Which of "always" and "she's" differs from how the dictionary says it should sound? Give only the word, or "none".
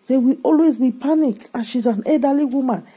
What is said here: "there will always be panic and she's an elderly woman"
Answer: none